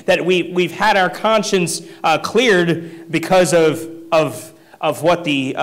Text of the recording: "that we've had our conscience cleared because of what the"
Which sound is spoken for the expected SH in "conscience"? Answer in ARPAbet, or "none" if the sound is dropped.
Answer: SH